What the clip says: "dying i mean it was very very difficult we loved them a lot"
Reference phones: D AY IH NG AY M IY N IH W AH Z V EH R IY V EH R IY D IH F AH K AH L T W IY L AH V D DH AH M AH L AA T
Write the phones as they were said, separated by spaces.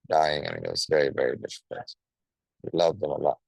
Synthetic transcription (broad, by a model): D AY IH NG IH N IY IH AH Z V EH R IY V EH R IY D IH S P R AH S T W IY L AH V DH AH M AH L AA T